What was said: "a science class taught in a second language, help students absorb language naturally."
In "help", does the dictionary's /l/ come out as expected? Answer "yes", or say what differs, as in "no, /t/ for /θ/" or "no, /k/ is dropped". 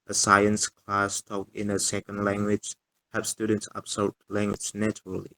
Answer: no, /l/ is dropped